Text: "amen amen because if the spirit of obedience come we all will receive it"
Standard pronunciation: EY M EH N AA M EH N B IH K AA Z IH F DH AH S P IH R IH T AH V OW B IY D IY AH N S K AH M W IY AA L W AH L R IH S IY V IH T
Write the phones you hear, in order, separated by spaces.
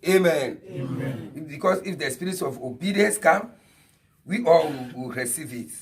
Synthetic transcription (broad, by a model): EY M M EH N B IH K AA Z IH F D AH S P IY R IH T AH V OW B IY D IY AH N S K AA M W IY AA L W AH W R IH S IY V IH T